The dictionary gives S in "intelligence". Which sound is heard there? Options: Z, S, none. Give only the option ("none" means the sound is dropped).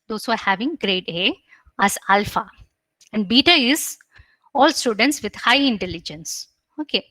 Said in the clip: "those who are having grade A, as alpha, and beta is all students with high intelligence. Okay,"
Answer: S